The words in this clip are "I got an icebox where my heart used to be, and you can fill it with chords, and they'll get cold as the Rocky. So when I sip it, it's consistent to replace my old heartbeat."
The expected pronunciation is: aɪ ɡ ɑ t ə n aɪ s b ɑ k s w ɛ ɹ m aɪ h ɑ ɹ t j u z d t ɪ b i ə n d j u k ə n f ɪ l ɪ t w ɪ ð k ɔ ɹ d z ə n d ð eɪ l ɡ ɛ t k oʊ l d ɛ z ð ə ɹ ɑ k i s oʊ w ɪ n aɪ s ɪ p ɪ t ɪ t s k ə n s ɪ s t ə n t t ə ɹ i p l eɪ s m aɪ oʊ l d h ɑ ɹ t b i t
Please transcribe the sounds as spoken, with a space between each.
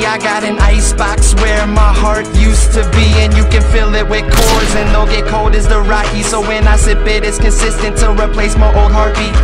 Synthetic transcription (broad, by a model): aɪ ɡ ɑ t ə n aɪ s b ɑ k s w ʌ ɹ m aɪ h ɑ ɹ t j u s t ɪ b i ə n j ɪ k ə n f ɪ l ɪ t w ɪ ð k ɔ ɹ z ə n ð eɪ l ɡ ɛ t k oʊ l d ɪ z ð ə ɹ ɑ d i s oʊ w ɪ n aɪ s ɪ b ɪ t ɪ t s k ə n s ɪ s t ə n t t ə ɹ i p l eɪ s m aɪ oʊ l d h ɑ ɹ t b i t